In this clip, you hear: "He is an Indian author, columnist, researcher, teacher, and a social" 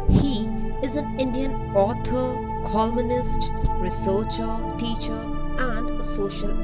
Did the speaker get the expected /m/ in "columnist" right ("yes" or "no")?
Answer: no